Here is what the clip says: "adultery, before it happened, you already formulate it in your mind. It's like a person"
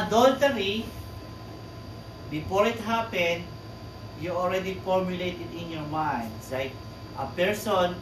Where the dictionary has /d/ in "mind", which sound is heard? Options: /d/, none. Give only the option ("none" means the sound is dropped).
/d/